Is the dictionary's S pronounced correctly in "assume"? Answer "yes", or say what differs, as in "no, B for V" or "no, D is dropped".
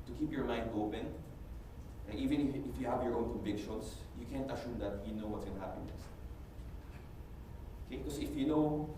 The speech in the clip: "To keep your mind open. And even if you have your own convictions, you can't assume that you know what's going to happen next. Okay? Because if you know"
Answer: no, SH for S